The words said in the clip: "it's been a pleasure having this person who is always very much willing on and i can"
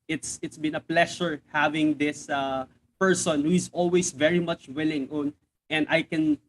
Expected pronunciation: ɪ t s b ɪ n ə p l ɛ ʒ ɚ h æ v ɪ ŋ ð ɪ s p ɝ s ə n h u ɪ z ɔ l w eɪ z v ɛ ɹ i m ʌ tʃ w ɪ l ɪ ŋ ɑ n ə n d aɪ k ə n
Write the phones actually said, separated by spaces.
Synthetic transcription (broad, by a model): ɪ t s b ɪ n ə p l ɛ ʃ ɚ h æ v ɪ ŋ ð ɪ s p ɝ s ə n h u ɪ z ɔ l w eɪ s v ɛ ɹ i m ʌ tʃ w ɪ l ɪ ŋ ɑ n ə n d aɪ k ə n